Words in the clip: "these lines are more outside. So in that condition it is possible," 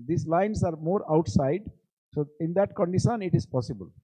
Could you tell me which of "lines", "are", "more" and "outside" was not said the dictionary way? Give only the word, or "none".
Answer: lines